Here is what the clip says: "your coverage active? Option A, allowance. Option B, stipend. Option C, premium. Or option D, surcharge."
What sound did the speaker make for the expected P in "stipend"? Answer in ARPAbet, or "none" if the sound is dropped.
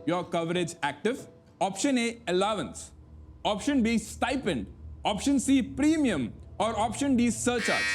P